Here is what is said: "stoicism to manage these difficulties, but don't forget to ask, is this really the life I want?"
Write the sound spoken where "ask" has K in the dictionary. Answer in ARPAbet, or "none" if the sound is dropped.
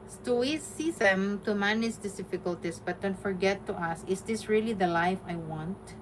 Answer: none